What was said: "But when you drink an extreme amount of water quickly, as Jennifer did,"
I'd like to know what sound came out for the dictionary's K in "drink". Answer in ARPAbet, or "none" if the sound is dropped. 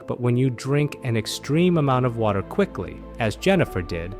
K